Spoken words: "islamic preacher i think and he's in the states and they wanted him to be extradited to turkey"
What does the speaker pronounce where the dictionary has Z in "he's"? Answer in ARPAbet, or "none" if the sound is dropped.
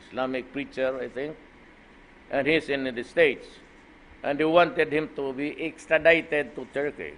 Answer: S